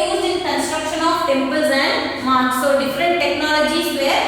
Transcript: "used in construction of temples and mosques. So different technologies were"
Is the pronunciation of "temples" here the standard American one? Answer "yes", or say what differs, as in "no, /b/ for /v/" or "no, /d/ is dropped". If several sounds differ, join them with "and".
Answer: yes